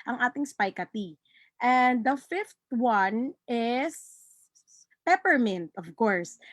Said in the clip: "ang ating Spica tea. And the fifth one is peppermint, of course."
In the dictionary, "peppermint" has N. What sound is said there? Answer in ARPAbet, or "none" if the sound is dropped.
N